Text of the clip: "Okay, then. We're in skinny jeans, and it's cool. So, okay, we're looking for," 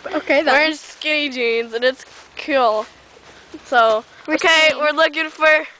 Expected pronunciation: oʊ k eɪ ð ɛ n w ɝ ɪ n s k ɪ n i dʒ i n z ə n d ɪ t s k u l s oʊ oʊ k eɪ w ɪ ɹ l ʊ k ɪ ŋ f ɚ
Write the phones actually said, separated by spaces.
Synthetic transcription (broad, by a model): oʊ k eɪ ð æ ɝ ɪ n s k ɪ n i dʒ i n z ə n ɪ t s k u l s oʊ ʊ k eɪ w ɪ ɹ l ʊ k ɪ ŋ f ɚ